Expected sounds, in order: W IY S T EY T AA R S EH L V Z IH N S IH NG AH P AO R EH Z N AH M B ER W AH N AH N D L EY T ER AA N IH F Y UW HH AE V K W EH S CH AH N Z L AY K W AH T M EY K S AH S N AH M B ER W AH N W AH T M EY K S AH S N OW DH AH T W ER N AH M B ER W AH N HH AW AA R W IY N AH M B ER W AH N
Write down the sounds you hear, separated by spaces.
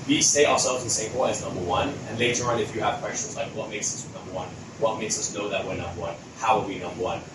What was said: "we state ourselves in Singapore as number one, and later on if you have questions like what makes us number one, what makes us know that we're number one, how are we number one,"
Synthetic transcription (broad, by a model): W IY S EY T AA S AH V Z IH S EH AH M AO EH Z N AH M B ER W AH N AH N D L EY T ER AA N IH F Y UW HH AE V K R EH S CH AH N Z L AY K W AH T M EY K S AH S N AH M B ER W AH N W AH T M EY K S AH S N OW DH AH T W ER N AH M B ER W AH N HH AW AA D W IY N AH M B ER W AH N